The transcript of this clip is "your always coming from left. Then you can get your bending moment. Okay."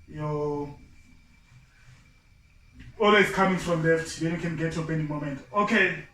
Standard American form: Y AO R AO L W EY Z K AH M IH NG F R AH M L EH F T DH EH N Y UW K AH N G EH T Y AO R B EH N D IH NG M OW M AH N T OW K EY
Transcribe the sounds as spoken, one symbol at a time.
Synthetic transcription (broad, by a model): Y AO AO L W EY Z K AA M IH NG F R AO M L EH F T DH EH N Y UW K AH N G EH T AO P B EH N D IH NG M OW M AH N T OW K EY